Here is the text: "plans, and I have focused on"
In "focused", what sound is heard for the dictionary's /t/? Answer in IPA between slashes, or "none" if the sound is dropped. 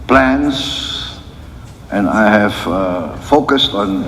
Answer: /t/